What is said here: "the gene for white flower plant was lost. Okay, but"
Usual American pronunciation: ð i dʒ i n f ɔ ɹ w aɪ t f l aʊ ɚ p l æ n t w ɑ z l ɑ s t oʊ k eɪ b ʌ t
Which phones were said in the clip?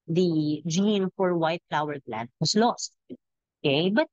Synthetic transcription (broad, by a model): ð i dʒ i n f ɔ ɹ w aɪ t f l aʊ ɚ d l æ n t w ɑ s l ɑ s t oʊ k eɪ b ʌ t